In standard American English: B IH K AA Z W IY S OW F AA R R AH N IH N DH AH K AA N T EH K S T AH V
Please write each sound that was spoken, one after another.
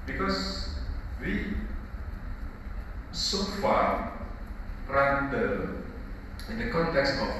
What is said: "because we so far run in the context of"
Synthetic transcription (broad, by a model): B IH K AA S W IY S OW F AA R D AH IH N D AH K AA N T EH K S T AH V